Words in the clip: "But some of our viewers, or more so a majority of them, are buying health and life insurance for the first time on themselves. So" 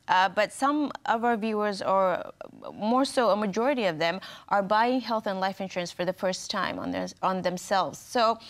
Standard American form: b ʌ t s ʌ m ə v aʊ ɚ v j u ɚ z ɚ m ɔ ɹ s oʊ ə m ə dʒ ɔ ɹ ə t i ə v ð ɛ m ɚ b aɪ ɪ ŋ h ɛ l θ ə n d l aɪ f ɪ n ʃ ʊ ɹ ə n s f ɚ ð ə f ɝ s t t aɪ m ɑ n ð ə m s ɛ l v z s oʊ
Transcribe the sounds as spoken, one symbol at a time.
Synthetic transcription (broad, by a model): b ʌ t s ʌ m ə v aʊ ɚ v j u ɚ z ɚ m ɔ ɹ s oʊ ə m ə dʒ ɔ ɹ ə t i ə v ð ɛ m ɚ b aɪ ɪ ŋ h ɛ l θ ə n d l aɪ f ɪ n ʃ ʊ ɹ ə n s f ɚ ð ə f ɝ s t t aɪ m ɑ n ð ə m s ɛ l v z s oʊ